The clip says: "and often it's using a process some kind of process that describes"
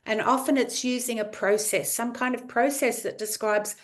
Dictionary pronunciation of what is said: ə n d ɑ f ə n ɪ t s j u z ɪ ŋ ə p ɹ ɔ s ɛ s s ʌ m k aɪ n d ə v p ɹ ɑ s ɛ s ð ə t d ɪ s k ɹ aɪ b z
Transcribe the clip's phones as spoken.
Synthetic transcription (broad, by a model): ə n ɑ f ə n ɪ t s j u z ɪ ŋ ə p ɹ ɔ s ɛ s s ʌ m k aɪ n d ə v p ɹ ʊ s ɛ s ð ə t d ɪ s k ɹ aɪ b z